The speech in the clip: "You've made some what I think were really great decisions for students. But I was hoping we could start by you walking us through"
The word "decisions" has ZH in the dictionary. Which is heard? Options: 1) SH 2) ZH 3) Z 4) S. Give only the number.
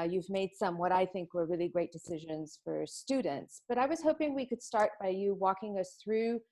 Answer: 2